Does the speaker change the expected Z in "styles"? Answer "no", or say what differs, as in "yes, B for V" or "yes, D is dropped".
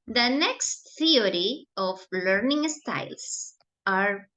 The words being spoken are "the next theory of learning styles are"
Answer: yes, S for Z